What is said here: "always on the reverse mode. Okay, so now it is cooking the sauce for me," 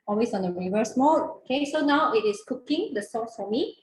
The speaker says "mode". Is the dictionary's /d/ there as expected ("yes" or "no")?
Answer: no